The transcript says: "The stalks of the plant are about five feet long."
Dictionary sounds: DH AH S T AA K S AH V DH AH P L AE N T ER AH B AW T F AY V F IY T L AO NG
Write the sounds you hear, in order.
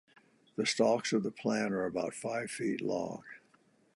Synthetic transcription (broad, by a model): DH AH S T AA K S AH V DH AH P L AE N ER AH B AW T F AY V F IY T L AO NG